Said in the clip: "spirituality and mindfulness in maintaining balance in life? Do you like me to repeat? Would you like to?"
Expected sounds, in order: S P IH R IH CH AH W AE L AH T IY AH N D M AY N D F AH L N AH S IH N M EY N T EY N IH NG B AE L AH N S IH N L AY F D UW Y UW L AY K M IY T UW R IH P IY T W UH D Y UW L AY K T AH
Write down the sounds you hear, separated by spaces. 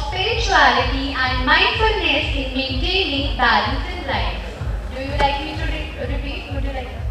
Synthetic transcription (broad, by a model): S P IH R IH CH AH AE L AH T IY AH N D M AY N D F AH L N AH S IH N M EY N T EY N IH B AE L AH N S IH N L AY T D UW Y UW L AY K M IY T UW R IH AO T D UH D Y UW L AY K